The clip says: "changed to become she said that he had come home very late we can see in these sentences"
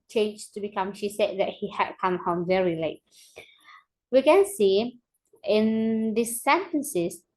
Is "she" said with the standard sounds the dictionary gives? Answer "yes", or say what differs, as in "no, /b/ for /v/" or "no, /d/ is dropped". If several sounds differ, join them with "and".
yes